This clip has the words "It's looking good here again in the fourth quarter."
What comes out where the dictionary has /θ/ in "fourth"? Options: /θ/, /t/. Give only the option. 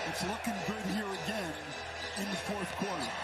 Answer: /θ/